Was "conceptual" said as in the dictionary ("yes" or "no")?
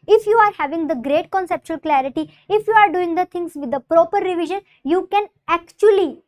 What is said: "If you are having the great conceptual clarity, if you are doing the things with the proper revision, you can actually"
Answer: yes